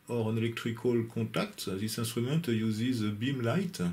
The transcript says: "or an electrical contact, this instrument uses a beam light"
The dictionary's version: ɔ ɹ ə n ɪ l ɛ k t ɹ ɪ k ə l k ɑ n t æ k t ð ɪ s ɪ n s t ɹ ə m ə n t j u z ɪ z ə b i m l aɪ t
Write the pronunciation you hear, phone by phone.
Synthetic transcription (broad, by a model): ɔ ɹ ə n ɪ l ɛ k t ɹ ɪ k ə l k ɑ t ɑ k t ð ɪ s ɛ s t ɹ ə m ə n t j u z ɪ z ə b i m l aɪ t